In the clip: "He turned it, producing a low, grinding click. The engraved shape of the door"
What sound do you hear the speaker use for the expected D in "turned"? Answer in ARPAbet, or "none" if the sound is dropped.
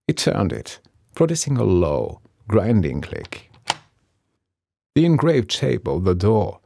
D